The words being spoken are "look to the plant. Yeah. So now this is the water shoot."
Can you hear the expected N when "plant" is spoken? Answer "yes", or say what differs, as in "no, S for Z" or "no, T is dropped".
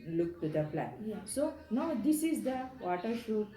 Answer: no, N is dropped